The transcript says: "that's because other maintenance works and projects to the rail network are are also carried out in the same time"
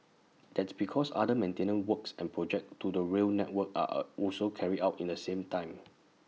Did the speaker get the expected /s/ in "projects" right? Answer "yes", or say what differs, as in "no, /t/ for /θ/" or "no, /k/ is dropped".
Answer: no, /s/ is dropped